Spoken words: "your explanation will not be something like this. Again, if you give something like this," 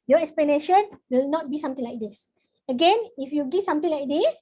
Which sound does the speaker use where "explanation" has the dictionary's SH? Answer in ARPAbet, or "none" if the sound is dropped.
SH